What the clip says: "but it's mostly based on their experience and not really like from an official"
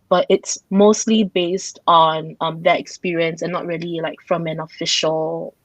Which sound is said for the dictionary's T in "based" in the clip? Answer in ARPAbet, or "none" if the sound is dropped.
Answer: T